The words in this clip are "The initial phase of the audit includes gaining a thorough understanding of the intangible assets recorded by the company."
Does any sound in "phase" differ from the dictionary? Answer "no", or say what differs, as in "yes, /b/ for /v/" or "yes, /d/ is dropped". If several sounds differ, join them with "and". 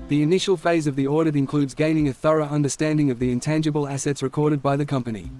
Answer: no